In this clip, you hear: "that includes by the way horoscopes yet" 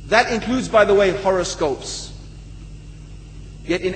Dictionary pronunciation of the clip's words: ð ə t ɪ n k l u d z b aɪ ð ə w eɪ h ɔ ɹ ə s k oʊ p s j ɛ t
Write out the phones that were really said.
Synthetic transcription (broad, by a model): ð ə t ɪ n k l u d z b aɪ ð ə w eɪ h ɔ ɹ ə s k oʊ p s j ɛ t